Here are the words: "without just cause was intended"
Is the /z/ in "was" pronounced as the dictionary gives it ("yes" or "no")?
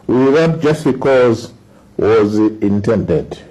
yes